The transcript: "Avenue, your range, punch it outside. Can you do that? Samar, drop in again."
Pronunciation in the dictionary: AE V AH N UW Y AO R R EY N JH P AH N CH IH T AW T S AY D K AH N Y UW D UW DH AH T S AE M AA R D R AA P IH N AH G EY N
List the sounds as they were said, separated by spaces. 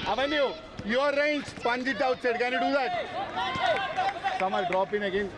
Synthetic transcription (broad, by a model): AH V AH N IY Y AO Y R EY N CH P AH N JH IH T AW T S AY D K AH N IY D UW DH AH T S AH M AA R D R AA P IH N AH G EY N